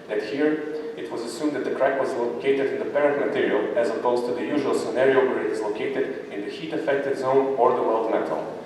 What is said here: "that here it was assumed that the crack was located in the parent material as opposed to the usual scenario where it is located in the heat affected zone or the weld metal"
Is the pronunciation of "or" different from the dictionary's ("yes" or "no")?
no